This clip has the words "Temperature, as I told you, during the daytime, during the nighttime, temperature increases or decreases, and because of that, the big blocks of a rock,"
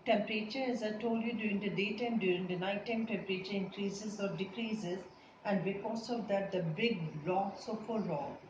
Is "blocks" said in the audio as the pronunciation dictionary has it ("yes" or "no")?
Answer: no